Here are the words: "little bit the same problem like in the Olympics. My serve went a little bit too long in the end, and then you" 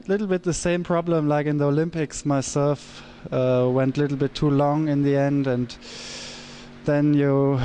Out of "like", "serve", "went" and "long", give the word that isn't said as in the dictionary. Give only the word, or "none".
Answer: serve